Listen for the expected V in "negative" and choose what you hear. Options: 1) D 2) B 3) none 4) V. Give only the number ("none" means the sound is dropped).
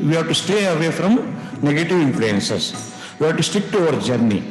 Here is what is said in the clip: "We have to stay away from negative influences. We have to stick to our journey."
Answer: 4